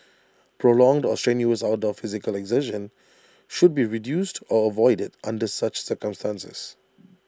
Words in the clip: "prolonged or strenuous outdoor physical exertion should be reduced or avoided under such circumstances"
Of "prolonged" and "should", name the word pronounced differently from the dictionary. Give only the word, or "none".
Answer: none